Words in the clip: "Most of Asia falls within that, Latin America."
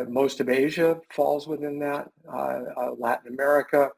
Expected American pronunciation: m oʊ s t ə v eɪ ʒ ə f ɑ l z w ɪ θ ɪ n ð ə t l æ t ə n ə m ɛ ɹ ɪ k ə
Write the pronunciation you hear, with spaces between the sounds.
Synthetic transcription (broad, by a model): m oʊ s t ə v eɪ ʒ ə f ɑ l z w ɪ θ ɪ n ð ə t l æ t n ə m ɛ ɹ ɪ k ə